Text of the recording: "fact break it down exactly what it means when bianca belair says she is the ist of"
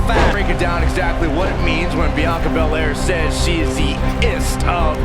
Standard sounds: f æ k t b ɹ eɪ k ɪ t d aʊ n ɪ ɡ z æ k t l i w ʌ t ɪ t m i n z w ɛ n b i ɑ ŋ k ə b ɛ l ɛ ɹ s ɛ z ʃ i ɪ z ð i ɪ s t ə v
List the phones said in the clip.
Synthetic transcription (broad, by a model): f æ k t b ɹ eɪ k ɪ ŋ d aʊ n ɪ ɡ z æ k t l i w ʌ t ɪ t m i n z w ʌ n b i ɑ k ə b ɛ l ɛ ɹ s ɛ z ʃ i ɪ z ð i ɪ s t ə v